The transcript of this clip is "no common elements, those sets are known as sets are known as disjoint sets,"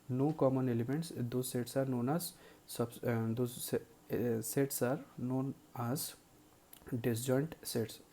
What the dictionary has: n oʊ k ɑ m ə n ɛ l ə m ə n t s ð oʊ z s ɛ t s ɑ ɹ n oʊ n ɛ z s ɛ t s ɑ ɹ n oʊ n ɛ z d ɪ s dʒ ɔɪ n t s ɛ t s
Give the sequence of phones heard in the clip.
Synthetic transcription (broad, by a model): n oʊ k ɑ m ə n ɛ l ə m ə n t s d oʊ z s ɛ t s ɑ ɹ n oʊ n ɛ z s ɛ t s ɑ ɹ n oʊ n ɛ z d ɪ s dʒ ɔɪ n t s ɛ t s